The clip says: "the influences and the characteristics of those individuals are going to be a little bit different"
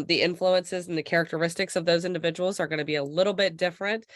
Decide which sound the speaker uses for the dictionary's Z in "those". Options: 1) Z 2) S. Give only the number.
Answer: 1